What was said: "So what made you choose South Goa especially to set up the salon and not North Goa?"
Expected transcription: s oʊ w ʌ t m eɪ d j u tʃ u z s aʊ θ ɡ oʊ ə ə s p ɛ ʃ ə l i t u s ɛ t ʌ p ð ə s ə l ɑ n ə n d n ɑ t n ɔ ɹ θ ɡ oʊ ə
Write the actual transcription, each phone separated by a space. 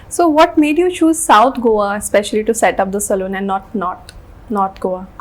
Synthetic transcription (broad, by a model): s oʊ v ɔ t m eɪ d j u tʃ u z s aʊ t ɡ oʊ ə ə s p ɛ ʃ ə l i t u s ɛ t ʌ p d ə s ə l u n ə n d n ɑ t n ɔ ɹ t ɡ oʊ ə